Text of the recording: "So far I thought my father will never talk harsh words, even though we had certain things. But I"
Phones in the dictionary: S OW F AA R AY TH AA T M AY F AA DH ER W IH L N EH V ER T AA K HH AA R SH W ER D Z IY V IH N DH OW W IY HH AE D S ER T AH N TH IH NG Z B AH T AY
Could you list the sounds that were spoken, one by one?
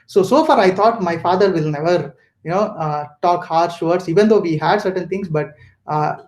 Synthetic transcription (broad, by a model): S OW F AA R AY T AA T M AY F AA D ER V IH L N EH V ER T AA K HH AA R SH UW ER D S IY V IH N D OW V IY HH AE D S ER T AH N T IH NG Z B AH T